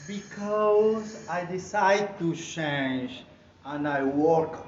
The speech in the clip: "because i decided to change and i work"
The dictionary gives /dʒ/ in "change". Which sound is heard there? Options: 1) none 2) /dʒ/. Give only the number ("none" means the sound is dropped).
2